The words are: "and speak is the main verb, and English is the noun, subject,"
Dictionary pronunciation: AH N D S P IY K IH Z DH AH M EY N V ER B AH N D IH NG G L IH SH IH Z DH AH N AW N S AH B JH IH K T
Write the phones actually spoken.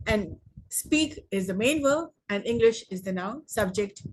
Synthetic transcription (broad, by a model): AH N D S P IY K IH Z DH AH M EY N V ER AH N D IH NG G L IH SH IH Z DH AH N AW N S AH B JH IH K T